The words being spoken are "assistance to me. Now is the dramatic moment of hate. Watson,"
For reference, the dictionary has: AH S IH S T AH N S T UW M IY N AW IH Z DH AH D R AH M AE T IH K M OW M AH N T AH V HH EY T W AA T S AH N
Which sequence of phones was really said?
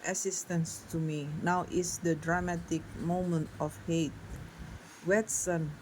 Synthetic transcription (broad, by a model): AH S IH S T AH N S T UW M IY N AW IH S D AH D R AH M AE T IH K M OW M AH N T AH F HH EY T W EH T S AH N